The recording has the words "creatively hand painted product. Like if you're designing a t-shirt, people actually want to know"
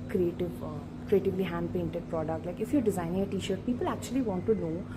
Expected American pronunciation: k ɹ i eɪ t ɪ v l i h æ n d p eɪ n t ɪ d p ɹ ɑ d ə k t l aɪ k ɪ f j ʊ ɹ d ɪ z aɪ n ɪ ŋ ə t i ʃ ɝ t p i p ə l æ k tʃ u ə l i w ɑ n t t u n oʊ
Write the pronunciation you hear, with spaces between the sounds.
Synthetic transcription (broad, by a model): k ɹ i eɪ t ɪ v l i h æ n d p eɪ n t ɪ d p ɹ ɑ d ə k t l aɪ k ɪ f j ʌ ɹ d ɪ z aɪ n ɪ ŋ ə t i ʃ ɝ t p i p ə l æ k tʃ u ə l i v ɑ n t t u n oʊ